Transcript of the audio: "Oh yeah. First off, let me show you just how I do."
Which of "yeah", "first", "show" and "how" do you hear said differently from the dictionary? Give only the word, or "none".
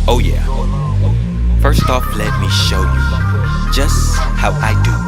none